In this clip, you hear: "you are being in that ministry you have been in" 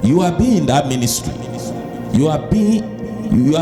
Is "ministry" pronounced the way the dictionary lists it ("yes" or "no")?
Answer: yes